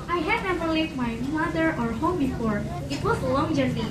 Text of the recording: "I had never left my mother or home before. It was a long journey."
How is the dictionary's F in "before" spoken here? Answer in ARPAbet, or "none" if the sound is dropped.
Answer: F